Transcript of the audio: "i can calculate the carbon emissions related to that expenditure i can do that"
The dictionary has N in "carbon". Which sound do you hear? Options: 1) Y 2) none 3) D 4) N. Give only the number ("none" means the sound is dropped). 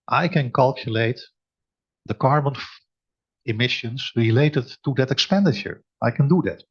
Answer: 4